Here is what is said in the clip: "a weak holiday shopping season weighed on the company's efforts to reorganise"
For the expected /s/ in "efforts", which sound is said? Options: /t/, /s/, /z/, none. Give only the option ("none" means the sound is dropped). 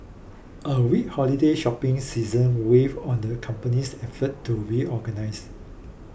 none